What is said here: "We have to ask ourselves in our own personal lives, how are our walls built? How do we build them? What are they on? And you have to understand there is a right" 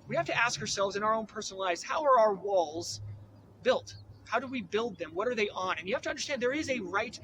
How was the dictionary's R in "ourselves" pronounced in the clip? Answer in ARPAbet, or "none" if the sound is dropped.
R